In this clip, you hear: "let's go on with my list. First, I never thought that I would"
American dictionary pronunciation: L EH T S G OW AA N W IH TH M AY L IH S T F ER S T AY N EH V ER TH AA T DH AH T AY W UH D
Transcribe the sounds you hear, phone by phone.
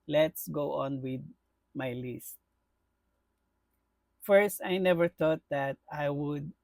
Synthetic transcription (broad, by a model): L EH T S G OW AA N W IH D M AY L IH S T F ER S T AY N EH V ER T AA T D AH T AY W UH D